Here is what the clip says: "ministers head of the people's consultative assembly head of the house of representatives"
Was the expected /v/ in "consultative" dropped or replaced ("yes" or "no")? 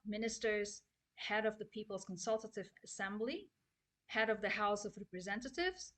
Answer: no